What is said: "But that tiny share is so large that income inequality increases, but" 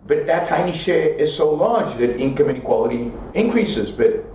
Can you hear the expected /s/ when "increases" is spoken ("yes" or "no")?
yes